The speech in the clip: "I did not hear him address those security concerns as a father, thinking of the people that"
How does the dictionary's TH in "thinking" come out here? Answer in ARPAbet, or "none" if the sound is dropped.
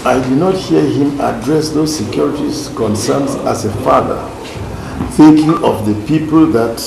TH